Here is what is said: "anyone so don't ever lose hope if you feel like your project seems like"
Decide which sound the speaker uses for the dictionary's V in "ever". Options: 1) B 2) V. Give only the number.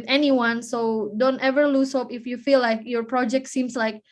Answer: 2